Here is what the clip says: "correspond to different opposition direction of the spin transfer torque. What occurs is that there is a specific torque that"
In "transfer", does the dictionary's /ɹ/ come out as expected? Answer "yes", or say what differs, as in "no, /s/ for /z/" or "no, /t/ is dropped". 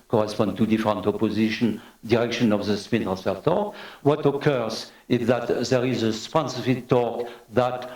no, /ɹ/ is dropped